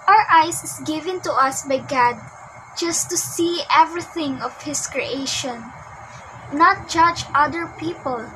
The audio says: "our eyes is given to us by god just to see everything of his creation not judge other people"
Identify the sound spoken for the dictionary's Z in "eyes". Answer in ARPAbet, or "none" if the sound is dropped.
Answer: S